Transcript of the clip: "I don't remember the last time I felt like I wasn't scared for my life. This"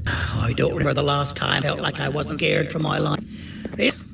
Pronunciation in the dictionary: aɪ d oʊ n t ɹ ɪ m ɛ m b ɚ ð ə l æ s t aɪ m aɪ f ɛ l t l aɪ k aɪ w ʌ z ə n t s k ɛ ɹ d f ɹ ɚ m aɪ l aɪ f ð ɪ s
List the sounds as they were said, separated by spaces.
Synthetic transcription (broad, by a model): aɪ d oʊ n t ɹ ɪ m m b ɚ ð ə l æ s t aɪ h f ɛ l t l aɪ k aɪ w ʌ z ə n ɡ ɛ ɹ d f ɹ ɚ m aɪ l aɪ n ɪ